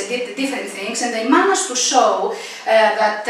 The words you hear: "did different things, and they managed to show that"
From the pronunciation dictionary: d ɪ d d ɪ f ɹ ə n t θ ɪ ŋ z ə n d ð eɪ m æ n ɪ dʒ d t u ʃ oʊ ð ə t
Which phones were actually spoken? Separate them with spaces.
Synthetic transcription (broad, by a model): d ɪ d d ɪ f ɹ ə n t θ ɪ ŋ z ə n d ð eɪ m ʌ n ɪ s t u s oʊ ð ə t